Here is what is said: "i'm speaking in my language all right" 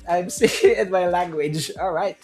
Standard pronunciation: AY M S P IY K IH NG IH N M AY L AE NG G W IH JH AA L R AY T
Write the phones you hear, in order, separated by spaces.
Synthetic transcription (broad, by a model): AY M S IY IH IH N M AY L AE NG G W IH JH AA L R AY T